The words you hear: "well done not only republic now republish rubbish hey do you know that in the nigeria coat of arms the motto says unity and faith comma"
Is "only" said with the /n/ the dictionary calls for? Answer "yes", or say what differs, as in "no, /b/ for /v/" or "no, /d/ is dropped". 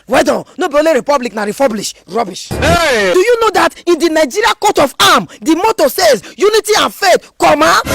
no, /n/ is dropped